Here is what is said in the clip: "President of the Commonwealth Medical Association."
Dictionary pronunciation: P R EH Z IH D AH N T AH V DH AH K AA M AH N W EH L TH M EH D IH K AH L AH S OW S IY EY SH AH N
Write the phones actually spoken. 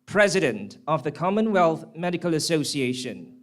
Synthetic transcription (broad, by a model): P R EH Z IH D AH N T AH V DH AH K AA M AH N W EH L TH M EH D IH K AH L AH S OW S IY EY SH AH N